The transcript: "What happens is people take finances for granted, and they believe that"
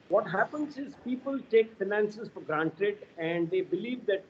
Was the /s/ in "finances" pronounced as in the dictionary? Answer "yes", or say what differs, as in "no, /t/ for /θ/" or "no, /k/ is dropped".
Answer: yes